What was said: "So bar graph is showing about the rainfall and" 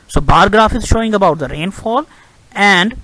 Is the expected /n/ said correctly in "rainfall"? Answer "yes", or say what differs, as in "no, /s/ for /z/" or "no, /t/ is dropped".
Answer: yes